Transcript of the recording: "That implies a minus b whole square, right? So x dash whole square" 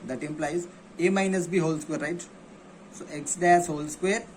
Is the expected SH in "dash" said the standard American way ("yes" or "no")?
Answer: no